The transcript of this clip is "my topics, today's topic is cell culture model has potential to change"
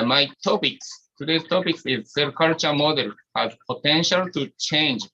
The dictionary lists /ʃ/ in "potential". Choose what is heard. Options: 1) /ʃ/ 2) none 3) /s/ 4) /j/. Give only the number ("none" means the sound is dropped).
1